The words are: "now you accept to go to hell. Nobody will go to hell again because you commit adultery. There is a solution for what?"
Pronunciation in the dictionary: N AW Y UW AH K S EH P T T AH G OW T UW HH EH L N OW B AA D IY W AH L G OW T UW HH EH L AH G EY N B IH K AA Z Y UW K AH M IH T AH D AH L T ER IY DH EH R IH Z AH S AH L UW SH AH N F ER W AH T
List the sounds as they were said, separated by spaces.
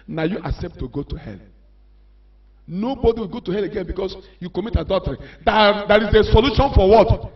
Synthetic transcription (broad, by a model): N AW Y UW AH K S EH P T T AH G OW T UW HH EH L N OW B AA D IY W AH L G OW T UW HH EH L AH G EY N B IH K AA S Y UW K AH M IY T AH D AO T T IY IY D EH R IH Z AH S AH L UW SH AH N F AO W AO T